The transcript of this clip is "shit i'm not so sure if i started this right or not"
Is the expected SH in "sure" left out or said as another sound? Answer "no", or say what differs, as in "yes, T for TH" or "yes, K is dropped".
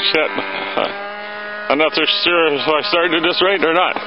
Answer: yes, S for SH